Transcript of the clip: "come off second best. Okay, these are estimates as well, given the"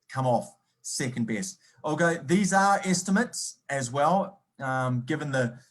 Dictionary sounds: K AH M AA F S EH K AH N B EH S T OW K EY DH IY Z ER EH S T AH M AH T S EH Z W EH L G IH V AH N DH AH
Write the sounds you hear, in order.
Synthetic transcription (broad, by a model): K AH M AA F S EH K AH N B EH S T OW K EY DH IY Z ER EH S T AH M AH T S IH Z W EH L G IH V AH N DH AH